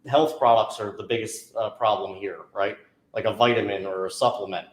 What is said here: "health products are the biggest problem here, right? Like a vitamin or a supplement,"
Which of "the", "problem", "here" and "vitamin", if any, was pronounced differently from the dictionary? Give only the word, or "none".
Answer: none